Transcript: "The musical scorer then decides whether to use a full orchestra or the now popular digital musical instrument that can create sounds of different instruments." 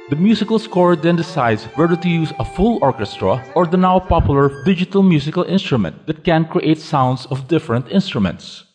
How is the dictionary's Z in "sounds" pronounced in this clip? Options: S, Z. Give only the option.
S